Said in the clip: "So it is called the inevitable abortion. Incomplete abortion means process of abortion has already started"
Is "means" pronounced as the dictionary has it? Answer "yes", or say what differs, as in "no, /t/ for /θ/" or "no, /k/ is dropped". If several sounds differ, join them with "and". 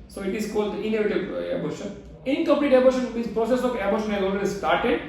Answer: no, /n/ is dropped